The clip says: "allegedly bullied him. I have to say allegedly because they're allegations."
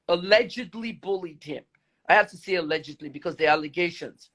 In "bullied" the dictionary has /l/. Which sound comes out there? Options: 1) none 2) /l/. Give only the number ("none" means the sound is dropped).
2